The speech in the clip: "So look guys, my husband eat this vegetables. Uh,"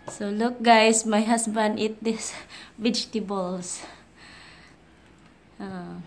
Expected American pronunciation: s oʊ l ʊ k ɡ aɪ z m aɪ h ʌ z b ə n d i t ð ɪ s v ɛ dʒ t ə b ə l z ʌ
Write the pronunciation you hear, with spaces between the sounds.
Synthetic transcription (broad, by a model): s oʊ l ʊ k ɡ aɪ s m aɪ h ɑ s b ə n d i t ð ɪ s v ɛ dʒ t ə b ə l s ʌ